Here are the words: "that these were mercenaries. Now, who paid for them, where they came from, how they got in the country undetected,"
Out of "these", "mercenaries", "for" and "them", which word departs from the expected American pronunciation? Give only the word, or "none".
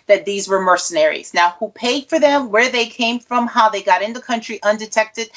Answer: none